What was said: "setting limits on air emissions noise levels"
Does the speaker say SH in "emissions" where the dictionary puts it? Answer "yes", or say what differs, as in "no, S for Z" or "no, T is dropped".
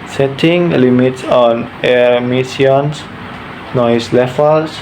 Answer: no, SH is dropped